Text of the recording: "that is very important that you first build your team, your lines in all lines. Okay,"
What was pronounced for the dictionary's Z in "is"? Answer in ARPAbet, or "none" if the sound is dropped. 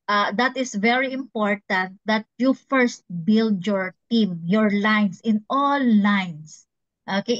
S